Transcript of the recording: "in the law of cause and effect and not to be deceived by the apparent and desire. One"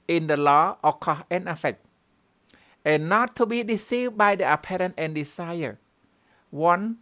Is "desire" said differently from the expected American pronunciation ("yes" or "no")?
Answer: yes